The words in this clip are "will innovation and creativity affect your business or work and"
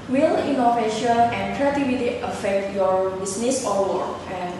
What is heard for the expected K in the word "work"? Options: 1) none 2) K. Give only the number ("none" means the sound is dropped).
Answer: 1